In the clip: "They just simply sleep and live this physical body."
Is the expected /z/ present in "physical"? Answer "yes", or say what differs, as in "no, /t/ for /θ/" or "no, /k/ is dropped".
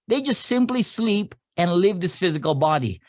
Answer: yes